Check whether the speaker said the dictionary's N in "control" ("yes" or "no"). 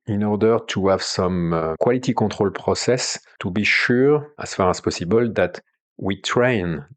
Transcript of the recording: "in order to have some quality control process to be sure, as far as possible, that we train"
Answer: no